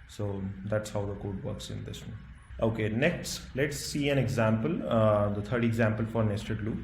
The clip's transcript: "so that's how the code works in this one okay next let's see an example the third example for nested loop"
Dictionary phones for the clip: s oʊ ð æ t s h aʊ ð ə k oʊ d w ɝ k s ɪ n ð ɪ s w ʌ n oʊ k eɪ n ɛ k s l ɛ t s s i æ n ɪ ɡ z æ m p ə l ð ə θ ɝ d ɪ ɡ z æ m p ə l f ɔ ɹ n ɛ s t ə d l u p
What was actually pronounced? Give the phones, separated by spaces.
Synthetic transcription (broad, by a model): s oʊ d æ t s h aʊ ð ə k oʊ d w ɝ k s ɪ n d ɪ s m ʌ oʊ k eɪ n ɛ k s l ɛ t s s i æ n ɪ ɡ z æ m p ə l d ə t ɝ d ɪ ɡ z æ m p ə l f ɔ ɹ n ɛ s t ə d l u